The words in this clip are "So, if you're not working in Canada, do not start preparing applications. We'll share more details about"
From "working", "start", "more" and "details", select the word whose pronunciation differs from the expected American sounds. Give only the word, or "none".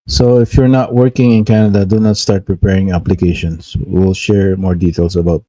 details